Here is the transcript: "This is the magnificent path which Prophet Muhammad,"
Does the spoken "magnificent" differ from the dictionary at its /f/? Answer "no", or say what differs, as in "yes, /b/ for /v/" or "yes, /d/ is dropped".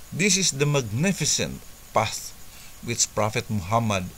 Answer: no